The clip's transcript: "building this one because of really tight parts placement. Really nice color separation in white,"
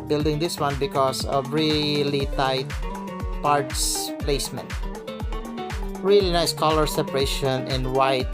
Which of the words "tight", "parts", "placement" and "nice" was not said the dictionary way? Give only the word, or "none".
none